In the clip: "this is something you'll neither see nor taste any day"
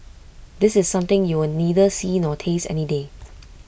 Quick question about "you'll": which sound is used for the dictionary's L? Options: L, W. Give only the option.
W